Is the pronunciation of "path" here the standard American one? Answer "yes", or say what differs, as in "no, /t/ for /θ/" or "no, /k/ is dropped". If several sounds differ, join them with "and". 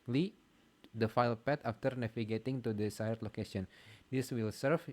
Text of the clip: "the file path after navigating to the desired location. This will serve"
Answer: no, /t/ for /θ/